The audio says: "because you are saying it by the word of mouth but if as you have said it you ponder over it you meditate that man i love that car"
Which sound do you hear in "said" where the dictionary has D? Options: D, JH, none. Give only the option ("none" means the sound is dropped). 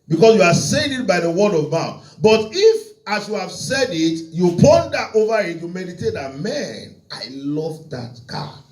D